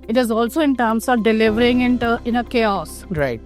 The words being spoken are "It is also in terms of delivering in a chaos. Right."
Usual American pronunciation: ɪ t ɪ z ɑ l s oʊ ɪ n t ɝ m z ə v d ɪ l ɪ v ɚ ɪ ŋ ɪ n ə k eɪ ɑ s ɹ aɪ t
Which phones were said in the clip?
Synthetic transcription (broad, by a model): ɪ t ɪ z ɑ l s oʊ ɪ n t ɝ m s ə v d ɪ l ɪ v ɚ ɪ ŋ ɪ n ə k eɪ ɑ s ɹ aɪ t